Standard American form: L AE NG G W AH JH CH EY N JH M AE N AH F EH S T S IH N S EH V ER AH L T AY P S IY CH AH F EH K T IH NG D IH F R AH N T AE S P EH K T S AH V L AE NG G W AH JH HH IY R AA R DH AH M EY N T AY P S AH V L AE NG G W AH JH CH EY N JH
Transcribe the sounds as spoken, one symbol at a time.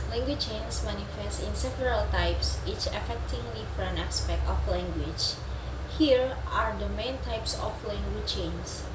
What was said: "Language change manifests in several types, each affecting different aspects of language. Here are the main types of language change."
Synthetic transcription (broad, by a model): L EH NG G W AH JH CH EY N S M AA N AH F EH S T IH N S EH V ER AH L T AY P S IY CH AH F EH K T IH NG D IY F R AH N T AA S P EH K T AH F L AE NG G W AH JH HH IY R AA R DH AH M EY N T AY P S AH F L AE NG G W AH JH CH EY N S